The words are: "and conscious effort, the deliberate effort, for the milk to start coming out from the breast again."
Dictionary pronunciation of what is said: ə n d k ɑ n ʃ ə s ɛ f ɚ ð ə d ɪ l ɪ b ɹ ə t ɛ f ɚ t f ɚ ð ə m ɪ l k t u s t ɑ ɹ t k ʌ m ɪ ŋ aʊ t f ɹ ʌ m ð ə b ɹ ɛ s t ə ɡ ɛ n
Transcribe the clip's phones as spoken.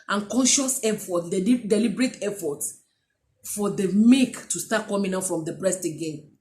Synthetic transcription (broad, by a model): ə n k ɑ n ʃ ə s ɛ f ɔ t d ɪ l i b ɹ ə t ɛ f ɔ t f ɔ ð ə m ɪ k t u s t ɑ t k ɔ m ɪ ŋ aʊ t f ɹ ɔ m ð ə b ɹ ɛ s t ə ɡ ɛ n